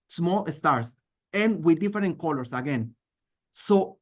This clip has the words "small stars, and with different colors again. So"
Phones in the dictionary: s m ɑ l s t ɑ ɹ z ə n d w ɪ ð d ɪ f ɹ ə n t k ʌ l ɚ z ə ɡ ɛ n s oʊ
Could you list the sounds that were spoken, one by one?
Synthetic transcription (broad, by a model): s m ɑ l s t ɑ ɹ s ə n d w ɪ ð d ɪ f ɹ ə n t k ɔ l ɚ s ə ɡ ɛ n s oʊ